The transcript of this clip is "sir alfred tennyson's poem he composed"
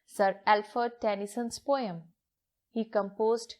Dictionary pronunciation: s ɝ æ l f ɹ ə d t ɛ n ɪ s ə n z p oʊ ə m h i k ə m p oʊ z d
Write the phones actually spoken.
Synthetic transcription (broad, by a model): s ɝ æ l f ə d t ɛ n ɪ s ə n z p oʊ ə m h i k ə m p oʊ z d